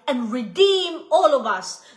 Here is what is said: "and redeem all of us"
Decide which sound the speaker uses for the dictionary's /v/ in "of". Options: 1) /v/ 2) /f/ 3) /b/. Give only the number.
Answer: 1